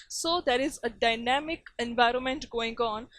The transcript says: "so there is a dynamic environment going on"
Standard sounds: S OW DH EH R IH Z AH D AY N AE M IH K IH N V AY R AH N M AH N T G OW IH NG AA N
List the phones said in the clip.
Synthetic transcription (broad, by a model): S OW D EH R IH Z AH D AY N AE M IH K IH N V AY R AH N M AH N T G OW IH NG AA N